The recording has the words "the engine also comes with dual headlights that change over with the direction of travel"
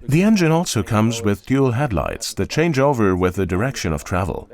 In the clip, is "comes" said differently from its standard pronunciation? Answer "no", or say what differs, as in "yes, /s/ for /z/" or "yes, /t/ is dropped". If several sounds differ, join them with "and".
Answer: no